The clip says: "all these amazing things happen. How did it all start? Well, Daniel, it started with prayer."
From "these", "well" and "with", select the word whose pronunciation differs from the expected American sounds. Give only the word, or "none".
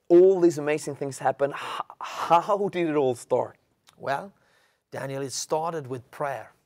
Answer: none